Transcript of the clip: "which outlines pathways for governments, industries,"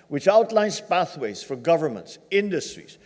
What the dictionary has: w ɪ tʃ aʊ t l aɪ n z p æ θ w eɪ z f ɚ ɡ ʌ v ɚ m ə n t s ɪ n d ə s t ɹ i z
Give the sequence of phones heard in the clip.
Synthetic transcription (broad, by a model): w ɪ tʃ aʊ t l aɪ n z p æ θ w eɪ z f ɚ ɡ ʌ v ɚ m ə n t s ɪ n d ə s t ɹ i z